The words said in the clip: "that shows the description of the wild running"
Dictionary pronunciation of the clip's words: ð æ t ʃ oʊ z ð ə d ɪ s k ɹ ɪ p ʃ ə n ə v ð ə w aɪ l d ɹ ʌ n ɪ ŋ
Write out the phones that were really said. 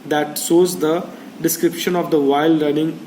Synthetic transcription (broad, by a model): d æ t s oʊ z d ə d ɪ s k ɹ ɪ p ʃ ə n ə v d ə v aɪ l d ɹ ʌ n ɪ ŋ